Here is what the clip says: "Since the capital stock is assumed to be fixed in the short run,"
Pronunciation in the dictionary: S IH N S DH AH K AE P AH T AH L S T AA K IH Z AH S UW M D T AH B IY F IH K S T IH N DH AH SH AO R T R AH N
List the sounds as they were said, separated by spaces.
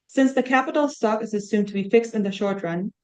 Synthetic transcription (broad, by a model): S IH N S DH AH K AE P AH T L S T AA K IH Z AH S UW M T AH B IY F IH K S T IH N DH AH SH AO R T R AH N